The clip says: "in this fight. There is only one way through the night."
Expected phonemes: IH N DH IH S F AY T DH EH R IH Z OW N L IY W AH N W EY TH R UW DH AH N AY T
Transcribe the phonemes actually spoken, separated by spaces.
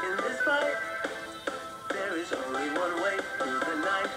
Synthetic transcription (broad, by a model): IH N DH IH S P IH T DH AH R IH Z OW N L IY W AH N W EY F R DH AH N AY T